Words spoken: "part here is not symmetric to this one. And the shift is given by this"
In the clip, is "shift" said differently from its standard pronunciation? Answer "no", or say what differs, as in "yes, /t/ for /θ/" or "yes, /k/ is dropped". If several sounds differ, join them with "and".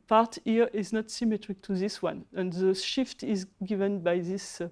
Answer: no